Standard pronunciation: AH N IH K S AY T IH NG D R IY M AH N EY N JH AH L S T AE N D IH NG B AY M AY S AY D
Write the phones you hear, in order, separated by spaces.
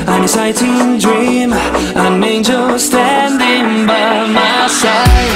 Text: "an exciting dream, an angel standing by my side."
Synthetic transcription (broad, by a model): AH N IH S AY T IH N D R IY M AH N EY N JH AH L S T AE N D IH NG B AY M AY S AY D